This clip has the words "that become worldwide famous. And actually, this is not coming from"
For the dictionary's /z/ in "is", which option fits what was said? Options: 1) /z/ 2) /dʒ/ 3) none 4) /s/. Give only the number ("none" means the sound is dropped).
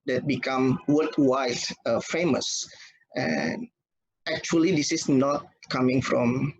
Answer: 4